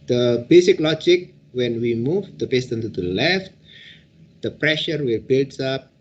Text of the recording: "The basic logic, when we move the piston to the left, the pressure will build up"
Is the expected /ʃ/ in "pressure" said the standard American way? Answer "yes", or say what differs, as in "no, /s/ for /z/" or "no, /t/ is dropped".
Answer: yes